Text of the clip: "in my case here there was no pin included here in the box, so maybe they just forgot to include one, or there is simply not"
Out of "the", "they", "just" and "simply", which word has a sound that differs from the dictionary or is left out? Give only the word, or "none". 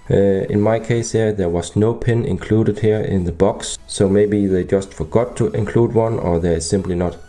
none